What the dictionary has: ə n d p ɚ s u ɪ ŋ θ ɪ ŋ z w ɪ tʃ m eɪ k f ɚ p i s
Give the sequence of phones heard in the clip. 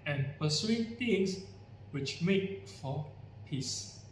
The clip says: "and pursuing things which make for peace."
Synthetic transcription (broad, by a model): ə n p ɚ s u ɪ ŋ t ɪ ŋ s w ɪ tʃ m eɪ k f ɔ p i s